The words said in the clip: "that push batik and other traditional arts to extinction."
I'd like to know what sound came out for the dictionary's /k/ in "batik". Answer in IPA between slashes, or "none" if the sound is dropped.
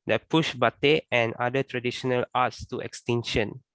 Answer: none